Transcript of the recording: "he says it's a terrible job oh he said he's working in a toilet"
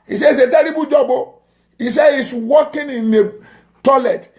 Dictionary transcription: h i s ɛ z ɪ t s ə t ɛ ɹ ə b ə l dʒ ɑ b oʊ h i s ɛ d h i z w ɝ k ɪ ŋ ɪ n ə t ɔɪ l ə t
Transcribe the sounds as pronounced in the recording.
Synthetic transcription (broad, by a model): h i s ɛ ɪ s ə t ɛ ɹ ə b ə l dʒ ɑ b oʊ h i s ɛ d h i s w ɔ k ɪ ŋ ɪ n ə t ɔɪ l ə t